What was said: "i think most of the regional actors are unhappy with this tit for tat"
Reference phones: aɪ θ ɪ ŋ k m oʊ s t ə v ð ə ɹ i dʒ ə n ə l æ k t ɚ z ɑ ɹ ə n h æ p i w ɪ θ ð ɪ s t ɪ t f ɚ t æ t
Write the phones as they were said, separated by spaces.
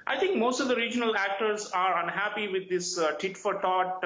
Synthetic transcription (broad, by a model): aɪ t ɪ ŋ k m oʊ s t ə v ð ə ɹ i dʒ ə n ə l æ k t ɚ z ɑ ɹ ə n h æ p i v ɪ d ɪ s t ɪ t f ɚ t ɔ t